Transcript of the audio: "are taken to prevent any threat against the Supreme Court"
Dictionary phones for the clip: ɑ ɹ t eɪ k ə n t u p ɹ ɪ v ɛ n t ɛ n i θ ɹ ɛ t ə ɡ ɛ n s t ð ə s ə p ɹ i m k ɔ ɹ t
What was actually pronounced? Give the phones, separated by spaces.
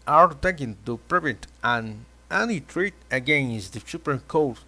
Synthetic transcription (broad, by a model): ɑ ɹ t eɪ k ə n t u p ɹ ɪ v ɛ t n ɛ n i t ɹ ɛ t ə ɡ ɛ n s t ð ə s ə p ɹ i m k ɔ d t